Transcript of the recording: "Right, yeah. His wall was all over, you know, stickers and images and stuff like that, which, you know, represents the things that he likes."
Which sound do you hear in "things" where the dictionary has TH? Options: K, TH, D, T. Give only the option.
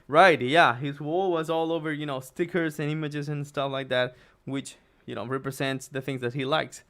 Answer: TH